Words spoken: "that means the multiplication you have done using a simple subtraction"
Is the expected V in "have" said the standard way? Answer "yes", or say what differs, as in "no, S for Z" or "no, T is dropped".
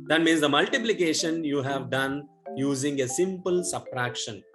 yes